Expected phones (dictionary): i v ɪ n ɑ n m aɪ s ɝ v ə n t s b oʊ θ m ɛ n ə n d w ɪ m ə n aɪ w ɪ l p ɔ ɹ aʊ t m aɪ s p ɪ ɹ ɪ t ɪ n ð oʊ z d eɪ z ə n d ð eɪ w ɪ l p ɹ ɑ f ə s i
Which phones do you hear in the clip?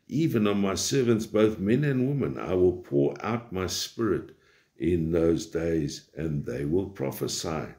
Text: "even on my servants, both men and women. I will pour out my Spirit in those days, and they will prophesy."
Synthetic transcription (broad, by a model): i v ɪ n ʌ n m aɪ s ɝ v ə n t s b oʊ θ m ɛ n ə n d w ɪ m ə n aɪ w ɪ l p ɔ ɹ aʊ t m aɪ s p ɪ ɹ ɪ t ɪ n ð oʊ z d eɪ z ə n ð eɪ w ɪ l p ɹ ɑ f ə s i